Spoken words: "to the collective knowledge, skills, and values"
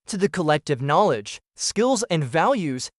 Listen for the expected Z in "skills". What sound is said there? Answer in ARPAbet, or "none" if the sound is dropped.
Z